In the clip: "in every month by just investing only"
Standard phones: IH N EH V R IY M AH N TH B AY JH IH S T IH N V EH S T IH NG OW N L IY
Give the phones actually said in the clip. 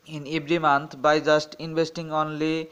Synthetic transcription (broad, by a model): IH N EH B R IY M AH N T B AY JH IH S T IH N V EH S T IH NG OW N L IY